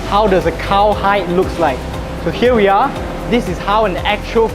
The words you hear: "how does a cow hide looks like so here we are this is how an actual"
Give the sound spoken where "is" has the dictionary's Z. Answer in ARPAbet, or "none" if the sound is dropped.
S